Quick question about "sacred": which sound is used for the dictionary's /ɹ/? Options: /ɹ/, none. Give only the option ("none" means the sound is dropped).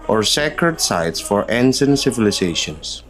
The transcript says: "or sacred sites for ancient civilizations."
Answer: /ɹ/